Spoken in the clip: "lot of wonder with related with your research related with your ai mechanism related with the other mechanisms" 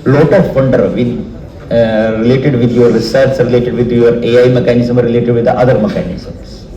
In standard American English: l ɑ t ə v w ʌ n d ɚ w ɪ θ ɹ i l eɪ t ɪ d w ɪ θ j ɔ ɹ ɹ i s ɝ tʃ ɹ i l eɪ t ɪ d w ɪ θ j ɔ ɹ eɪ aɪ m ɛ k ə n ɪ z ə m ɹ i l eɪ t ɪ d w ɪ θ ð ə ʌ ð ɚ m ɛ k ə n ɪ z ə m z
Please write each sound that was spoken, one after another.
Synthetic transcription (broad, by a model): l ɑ t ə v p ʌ n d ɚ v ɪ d ɹ i l eɪ t ɪ d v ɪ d j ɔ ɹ ɹ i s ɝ s ɹ i l eɪ t ɪ d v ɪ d j ɔ ɹ eɪ aɪ m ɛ k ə n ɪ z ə m ɹ i l eɪ t ɪ d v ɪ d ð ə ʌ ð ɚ m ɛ k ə n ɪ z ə m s